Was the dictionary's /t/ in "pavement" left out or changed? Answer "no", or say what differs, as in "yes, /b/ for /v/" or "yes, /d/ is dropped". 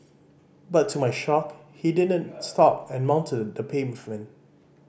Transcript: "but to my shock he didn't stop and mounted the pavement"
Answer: yes, /t/ is dropped